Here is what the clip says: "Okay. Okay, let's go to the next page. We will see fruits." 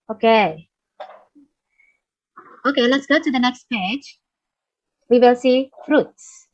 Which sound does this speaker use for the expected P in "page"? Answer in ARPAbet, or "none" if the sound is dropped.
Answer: P